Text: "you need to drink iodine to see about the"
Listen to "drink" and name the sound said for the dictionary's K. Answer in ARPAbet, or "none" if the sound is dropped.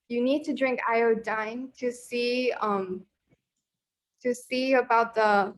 K